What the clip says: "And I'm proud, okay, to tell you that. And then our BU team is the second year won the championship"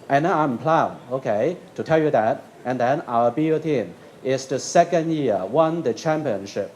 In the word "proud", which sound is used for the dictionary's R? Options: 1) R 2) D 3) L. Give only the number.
3